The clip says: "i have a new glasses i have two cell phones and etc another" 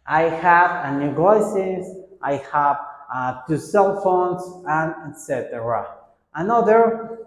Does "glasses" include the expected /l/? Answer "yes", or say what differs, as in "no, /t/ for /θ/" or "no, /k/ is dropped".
no, /l/ is dropped